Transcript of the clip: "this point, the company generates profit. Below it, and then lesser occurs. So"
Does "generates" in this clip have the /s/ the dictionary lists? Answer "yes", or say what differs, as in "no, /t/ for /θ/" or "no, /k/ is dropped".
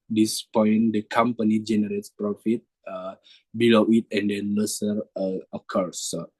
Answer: yes